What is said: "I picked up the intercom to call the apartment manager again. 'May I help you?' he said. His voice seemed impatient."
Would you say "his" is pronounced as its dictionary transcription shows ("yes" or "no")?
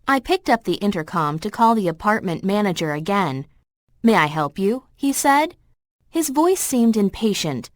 yes